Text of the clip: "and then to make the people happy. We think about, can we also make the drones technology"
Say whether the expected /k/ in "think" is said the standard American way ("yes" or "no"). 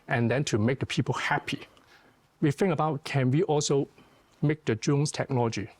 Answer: no